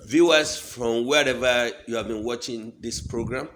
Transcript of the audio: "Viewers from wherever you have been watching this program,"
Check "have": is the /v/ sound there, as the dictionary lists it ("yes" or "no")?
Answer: yes